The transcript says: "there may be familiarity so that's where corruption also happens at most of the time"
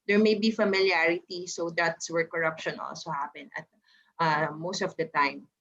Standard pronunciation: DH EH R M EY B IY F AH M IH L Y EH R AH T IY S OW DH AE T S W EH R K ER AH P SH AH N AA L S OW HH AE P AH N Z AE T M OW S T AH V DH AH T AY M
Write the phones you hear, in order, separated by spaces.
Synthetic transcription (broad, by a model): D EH R M EY B IY F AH M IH L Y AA R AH T IY S OW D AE T S W EH R K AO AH P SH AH N AA L S OW HH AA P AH N AH T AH OW S T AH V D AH T AY M